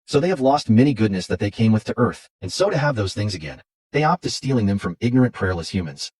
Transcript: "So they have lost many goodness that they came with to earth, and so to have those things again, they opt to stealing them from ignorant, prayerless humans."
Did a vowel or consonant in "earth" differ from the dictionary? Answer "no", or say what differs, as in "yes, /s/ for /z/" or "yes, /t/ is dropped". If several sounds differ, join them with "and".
no